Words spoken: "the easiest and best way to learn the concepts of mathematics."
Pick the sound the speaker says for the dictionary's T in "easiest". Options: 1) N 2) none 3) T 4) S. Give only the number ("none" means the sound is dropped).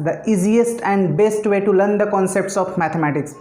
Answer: 3